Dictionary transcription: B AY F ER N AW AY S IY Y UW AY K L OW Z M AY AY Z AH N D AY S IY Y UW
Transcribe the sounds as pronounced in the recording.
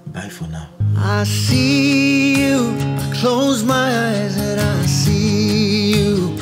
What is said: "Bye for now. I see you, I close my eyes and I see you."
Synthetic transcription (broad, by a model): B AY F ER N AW AY S IY Y UW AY K L OW Z M AY AY Z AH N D AY S IY Y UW